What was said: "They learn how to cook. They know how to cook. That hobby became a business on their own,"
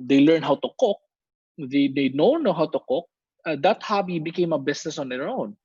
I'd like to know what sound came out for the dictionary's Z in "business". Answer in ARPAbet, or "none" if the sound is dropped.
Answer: S